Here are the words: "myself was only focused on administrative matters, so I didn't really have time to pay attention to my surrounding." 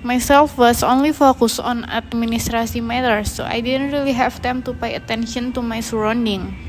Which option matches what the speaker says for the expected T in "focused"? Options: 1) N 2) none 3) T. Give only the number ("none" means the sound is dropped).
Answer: 2